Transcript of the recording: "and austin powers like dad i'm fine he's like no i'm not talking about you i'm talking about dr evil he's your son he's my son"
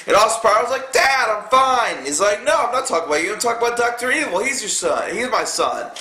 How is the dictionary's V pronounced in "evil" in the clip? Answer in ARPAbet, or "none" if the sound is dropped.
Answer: W